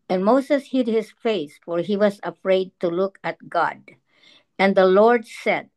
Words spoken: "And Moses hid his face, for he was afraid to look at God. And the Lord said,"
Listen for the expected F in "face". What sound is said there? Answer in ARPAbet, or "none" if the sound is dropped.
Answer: F